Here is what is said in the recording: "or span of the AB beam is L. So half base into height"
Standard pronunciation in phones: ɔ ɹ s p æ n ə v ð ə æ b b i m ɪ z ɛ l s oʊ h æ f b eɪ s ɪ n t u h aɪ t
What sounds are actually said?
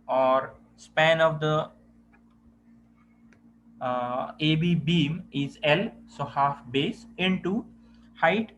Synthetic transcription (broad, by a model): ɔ ɹ s p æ n ə v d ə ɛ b b i m ɪ z ɛ l s oʊ h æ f b eɪ s ɪ n t u h aɪ t